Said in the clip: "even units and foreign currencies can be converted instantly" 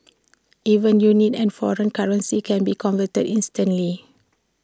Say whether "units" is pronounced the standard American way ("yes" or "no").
no